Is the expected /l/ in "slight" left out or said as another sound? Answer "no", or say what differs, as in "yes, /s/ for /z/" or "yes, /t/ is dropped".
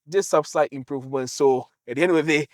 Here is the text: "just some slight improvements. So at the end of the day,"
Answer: yes, /l/ is dropped